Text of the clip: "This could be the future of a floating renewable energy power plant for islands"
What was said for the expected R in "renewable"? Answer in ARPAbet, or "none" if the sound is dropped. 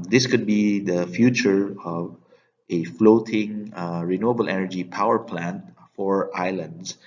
R